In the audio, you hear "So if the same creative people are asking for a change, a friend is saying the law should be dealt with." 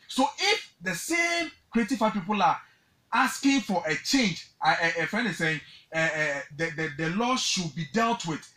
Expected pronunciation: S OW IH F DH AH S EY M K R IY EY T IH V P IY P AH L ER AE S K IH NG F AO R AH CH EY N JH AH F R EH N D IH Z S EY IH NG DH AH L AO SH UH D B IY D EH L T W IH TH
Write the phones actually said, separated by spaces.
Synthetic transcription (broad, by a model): S OW IH F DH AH S EY M K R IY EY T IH F P IY P AH L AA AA S K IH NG F AO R AH CH EY N JH AH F EH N IH S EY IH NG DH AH L AO SH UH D B IY D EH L T W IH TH